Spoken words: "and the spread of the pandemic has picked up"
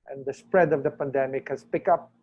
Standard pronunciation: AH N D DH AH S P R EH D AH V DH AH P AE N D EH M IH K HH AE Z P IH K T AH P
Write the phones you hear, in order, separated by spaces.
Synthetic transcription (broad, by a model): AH N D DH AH S P R EH D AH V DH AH P AE N D EH M IH K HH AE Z P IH K AH P